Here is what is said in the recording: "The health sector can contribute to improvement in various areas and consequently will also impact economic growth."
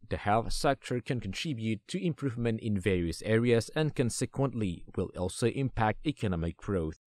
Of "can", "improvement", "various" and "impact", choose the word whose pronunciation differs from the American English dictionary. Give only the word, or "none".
none